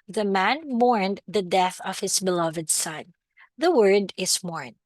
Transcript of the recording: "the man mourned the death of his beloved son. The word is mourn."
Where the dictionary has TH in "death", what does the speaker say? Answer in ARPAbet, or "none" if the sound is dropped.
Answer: TH